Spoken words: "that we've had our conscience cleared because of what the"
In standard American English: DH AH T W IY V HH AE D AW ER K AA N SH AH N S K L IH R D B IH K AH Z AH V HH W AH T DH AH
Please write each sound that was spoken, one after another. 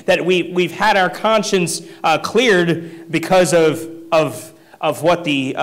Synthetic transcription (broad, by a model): DH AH T W IY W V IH D AW ER K AA N SH AH N S K L IH R D B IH K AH Z AH V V W AH T DH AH